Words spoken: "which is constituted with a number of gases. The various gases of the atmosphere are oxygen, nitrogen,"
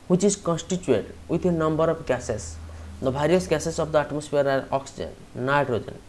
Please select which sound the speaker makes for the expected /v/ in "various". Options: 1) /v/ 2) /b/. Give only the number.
2